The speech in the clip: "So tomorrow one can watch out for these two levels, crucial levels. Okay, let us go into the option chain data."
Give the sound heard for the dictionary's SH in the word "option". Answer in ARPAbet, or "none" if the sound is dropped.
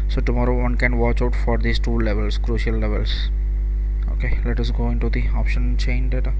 SH